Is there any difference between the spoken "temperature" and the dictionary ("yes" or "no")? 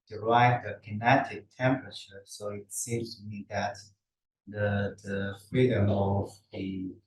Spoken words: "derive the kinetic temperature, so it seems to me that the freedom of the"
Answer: no